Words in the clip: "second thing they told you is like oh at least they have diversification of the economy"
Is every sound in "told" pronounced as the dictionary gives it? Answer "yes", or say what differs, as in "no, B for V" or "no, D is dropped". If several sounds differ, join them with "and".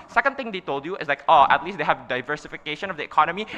yes